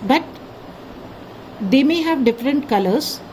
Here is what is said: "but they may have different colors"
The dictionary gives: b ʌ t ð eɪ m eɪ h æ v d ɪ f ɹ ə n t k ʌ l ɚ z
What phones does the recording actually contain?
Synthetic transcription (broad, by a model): b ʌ t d eɪ m eɪ h æ v d ɪ f ɹ ə n t k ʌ l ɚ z